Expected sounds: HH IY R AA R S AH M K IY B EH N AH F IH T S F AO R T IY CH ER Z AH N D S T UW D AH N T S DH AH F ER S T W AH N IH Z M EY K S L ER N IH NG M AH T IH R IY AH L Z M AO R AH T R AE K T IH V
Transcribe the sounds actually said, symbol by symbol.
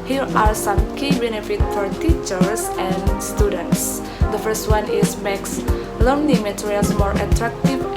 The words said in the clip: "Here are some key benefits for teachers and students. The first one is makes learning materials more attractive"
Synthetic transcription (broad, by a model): HH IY R AA R S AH M K IY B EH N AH F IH T F AO R T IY CH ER S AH N S T UW D AH N T S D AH F ER S T W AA N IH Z M EY K S L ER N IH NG M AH T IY R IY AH L S M AO R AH T R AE K T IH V